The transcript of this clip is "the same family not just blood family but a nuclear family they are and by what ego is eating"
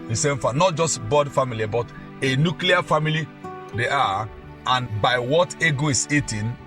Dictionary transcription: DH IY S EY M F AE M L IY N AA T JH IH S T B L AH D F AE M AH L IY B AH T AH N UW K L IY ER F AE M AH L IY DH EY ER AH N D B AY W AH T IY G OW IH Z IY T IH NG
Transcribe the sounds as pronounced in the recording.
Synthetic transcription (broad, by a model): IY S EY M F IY N AA T JH IH S T B AO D F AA M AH L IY B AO T AH N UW K L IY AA F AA M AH L IY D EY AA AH N B AY W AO T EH G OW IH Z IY T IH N